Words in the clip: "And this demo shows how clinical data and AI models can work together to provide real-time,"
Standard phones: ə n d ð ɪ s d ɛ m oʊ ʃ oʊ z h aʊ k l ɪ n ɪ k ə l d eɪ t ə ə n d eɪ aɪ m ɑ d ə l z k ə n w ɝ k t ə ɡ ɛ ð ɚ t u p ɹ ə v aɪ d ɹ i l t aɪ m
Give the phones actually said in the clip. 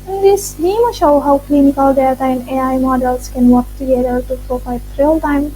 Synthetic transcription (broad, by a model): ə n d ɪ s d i m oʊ ʃ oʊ h aʊ k l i n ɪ k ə l d eɪ t ə ə n d eɪ aɪ m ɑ d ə l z k ə n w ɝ k t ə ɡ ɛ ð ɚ t u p ɹ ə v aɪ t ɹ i l t aɪ m